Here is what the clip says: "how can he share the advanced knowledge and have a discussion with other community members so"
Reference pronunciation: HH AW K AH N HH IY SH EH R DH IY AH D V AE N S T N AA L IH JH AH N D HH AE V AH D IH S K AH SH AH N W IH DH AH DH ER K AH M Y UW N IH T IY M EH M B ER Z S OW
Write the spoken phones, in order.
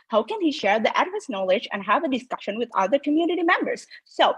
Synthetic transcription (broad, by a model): HH AW K AH N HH IY SH EH R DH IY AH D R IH S N AA L IH JH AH N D HH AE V AH D IH S K AH SH AH N W IH DH AH DH ER K AH M Y UW N IH T IY M EH M B ER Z S OW